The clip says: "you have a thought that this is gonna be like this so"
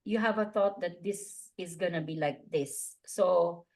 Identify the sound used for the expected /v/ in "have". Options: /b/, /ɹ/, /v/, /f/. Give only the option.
/v/